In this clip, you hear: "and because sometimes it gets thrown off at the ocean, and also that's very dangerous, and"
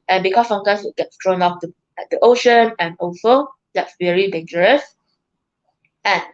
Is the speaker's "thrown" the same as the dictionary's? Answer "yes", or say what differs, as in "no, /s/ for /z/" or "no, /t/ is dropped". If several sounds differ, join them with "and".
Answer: no, /t/ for /θ/